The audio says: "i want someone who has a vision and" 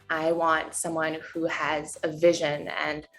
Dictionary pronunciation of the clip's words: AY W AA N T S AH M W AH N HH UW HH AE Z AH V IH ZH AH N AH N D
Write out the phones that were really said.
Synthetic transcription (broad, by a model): AY W AA N T S AH M W AH N HH UW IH Z AH V IH ZH AH N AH N